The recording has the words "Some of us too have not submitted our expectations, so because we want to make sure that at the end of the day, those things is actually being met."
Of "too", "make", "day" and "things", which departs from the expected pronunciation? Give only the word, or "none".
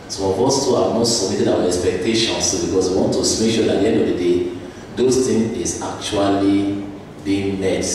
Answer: things